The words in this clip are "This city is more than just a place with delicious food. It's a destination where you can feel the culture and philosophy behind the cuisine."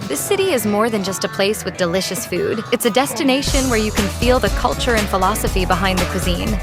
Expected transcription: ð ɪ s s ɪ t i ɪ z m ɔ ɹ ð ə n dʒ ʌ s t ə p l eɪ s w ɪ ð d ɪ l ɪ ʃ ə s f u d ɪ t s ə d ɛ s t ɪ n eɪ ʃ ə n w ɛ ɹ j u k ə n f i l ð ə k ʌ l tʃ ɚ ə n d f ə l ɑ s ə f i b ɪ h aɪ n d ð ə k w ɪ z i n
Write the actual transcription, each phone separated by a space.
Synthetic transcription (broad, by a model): ð ɪ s s ɪ t i ɪ z m ɔ ɹ ð ə n dʒ ʌ s t ə p l eɪ s w ɪ ð d ɪ l ɪ ʃ ə s f u d ɪ t s ə d ɛ s t ɪ n eɪ ʃ ə n w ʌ ɹ j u k ə n f i l ð ə k ʌ l tʃ ɚ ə n f ə l ɑ s ə f i b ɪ h aɪ n ð ə k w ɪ z i n